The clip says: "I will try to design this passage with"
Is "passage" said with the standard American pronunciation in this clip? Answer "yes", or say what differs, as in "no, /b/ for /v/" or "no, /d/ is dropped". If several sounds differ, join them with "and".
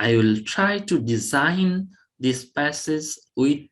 no, /z/ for /dʒ/